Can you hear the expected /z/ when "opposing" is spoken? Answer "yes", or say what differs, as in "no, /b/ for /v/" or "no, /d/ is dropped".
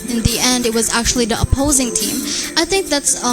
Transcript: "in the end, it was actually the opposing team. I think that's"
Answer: yes